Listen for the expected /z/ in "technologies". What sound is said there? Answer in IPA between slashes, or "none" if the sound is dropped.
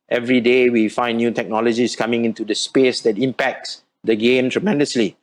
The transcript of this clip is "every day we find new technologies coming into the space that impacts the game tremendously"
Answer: /s/